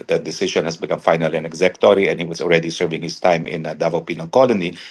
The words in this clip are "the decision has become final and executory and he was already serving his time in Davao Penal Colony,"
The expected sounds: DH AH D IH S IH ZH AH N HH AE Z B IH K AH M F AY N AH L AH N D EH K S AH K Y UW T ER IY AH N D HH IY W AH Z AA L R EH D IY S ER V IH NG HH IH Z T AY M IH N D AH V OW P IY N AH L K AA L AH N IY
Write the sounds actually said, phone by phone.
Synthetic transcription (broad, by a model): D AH D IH S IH SH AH N HH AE S B IH K AH M F AY N AH L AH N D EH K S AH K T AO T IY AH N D HH IY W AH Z AA L R EH D IY S ER V IH NG HH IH S T AY M IH N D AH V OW P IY N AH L K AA L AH N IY